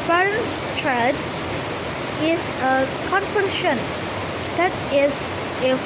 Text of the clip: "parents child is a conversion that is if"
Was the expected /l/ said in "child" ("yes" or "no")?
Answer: no